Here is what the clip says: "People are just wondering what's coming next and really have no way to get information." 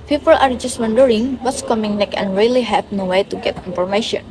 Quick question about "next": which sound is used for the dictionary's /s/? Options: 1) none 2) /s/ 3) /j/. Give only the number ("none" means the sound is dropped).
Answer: 1